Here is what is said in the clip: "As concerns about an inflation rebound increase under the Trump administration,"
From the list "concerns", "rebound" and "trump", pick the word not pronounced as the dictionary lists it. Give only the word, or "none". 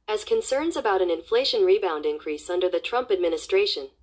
none